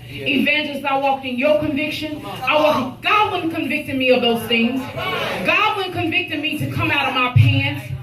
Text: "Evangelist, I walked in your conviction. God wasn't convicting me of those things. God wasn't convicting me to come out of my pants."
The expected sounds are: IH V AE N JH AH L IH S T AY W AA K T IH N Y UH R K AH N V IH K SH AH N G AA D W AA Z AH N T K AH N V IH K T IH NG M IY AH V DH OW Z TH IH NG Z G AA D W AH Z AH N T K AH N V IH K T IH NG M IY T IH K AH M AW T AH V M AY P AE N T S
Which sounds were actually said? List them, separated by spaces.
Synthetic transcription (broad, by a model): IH V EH N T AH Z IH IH W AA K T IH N Y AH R K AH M V IH K SH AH N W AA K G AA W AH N K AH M V IH K T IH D M IY AH V DH OW Z TH IH NG Z G AA D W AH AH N K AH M V IH K T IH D M IY T IH K AH M AW T AH V M AY P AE N